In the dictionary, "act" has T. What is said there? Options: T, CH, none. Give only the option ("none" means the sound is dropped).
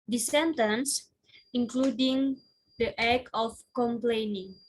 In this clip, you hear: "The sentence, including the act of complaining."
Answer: none